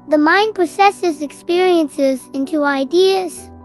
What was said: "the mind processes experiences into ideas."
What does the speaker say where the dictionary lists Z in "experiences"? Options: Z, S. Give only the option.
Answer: Z